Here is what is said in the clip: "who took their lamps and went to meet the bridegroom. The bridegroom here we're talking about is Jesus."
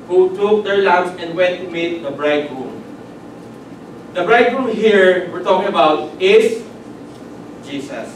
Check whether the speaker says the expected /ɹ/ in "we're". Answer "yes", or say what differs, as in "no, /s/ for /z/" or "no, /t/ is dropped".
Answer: yes